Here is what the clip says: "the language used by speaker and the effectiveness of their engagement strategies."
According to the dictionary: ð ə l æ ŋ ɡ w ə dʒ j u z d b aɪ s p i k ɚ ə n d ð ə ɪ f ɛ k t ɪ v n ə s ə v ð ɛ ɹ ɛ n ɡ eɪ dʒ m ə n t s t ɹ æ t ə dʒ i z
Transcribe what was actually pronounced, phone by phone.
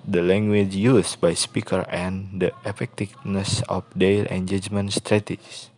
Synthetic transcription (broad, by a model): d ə l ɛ ŋ ɡ w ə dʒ j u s b aɪ s p i k ɚ ə n d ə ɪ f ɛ k t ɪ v n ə s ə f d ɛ l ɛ n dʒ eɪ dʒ m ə n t s t ɹ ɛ t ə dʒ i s